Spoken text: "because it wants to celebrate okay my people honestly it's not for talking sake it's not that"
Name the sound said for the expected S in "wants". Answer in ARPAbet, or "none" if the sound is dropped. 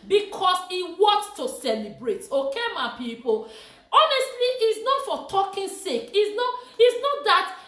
none